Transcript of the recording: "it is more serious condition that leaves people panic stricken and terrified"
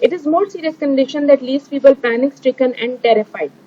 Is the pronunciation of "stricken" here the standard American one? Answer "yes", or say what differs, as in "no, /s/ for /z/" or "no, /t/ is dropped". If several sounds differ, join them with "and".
yes